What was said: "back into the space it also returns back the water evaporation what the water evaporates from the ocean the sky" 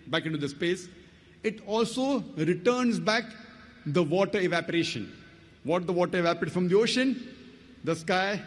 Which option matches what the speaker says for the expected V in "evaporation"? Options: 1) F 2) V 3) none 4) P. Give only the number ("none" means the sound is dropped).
2